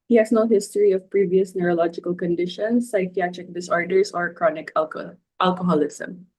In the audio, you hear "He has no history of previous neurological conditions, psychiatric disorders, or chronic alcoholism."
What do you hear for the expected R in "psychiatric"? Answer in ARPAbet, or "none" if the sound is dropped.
R